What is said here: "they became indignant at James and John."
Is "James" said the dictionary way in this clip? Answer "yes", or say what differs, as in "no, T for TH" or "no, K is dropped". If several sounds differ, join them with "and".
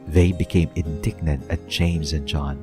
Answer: yes